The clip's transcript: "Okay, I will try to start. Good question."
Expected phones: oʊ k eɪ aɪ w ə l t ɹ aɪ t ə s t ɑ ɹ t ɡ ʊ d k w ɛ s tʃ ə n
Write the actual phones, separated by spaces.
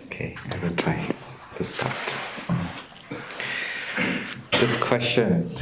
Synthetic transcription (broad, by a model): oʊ k eɪ aɪ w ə n t ɹ aɪ t ə s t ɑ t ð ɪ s k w ɛ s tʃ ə n